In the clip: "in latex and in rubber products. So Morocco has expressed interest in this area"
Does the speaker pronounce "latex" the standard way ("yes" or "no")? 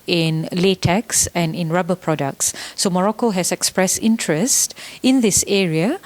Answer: yes